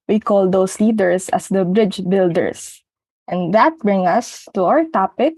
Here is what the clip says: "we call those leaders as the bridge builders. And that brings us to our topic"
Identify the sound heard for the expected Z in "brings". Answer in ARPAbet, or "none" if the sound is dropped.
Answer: none